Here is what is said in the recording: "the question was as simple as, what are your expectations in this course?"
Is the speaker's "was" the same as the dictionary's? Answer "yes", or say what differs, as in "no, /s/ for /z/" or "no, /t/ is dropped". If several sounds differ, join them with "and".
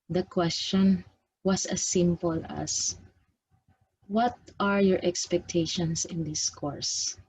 no, /s/ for /z/